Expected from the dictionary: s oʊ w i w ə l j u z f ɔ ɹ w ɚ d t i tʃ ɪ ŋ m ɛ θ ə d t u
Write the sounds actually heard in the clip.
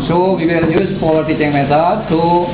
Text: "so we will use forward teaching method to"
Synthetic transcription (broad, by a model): s oʊ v i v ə l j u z p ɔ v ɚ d t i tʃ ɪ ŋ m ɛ s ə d t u